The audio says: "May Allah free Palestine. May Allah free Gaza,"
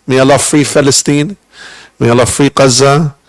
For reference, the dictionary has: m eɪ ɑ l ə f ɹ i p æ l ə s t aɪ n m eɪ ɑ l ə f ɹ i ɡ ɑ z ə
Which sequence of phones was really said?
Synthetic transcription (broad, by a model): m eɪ ɑ l ə f ɹ i f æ l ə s t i n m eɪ ɑ l ə f ɹ i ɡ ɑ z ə